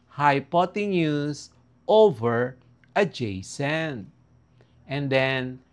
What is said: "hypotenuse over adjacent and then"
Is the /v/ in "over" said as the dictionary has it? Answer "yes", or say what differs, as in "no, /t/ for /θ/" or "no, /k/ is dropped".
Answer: yes